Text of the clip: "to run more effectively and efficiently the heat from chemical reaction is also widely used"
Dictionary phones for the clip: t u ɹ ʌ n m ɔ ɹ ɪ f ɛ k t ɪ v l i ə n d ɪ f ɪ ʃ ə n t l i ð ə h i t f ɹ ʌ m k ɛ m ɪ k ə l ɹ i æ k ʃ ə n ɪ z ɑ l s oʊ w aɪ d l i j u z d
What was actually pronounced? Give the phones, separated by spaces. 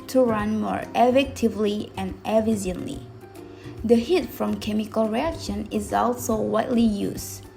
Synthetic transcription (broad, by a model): t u ɹ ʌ n m ɔ ɹ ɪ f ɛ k t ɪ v l i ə n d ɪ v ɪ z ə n l i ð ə h i t f ɹ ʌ m k ɛ m ɪ k ə l ɹ i æ k ʃ ə n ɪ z ɑ l s oʊ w aɪ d l i j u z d